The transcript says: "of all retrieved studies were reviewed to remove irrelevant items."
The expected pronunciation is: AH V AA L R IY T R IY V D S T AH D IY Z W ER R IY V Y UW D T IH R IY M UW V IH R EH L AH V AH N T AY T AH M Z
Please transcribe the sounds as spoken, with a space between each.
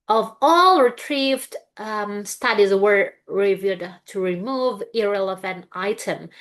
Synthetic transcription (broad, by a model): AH V AA L R IY T R IY V D S T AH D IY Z W ER R IY V Y UW D T IH R IY M UW V IH R EH L AH V AH N T AY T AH M